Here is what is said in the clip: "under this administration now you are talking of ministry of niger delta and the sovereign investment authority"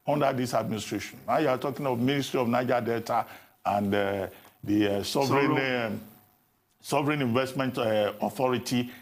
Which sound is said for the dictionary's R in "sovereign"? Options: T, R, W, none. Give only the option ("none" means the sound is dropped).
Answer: R